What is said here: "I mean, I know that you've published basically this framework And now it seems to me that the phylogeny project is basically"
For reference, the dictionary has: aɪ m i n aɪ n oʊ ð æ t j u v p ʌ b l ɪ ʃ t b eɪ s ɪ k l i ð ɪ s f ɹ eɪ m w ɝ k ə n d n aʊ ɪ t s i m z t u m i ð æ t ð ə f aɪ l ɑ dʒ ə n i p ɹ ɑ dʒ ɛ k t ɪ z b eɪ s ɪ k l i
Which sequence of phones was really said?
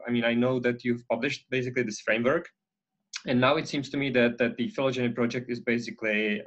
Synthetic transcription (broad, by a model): aɪ m i n aɪ n oʊ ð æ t j u v p ʌ b l ɪ ʃ t b eɪ s ɪ k l i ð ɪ s f ɹ eɪ m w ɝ k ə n n aʊ ɪ t s i m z t u m i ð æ t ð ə f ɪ l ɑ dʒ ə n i p ɹ ɑ dʒ ɛ k t ɪ z b eɪ s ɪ k l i